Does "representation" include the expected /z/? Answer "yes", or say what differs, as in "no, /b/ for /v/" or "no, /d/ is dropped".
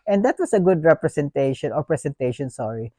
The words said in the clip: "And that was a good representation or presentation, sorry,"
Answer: no, /s/ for /z/